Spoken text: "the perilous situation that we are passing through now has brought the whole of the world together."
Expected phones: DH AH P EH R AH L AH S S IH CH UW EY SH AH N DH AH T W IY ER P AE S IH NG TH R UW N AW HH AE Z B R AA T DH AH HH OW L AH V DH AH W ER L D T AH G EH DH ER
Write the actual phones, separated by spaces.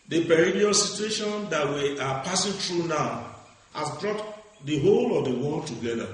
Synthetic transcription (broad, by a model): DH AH P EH R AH N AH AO S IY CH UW EY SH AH N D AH T W IY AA P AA S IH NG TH R UW N AW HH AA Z B R AA T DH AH HH OW L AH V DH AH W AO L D T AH G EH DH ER